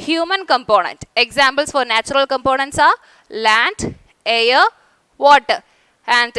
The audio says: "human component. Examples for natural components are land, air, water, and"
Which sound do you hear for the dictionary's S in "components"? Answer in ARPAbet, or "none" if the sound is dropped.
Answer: S